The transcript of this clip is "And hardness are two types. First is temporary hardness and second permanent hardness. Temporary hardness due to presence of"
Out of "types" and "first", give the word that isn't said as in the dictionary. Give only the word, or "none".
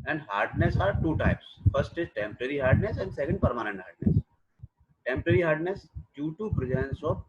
none